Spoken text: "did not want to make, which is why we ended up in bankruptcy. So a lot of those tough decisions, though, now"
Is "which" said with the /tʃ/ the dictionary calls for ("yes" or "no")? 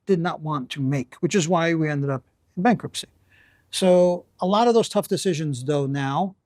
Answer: yes